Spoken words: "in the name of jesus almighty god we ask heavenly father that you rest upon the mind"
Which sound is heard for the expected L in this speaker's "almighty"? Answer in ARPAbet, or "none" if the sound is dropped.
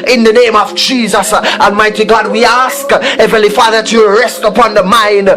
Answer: N